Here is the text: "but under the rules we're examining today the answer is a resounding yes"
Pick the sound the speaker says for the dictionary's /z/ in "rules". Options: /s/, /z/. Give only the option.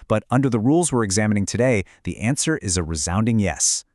/z/